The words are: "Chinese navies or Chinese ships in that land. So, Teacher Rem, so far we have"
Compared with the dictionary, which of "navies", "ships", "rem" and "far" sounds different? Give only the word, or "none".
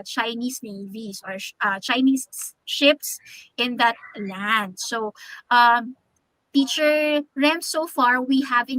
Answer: navies